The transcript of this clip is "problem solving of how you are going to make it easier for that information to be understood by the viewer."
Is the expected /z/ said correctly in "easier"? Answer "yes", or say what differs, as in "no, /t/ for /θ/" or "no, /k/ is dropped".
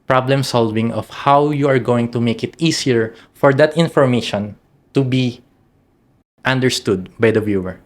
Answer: no, /s/ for /z/